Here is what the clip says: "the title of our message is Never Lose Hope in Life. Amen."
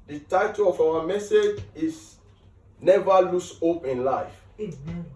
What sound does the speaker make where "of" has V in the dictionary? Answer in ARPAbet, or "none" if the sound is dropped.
W